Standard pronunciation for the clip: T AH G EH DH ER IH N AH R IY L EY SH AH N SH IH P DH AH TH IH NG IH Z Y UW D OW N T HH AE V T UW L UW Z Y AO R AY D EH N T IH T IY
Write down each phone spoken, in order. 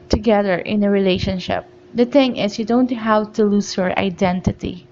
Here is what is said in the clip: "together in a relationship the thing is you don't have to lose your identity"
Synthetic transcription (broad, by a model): T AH G EH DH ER IH N AH R IY L EY SH AH N SH IH P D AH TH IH NG IH S Y UW D OW N T HH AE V T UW L UW S Y AO R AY D EH N T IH T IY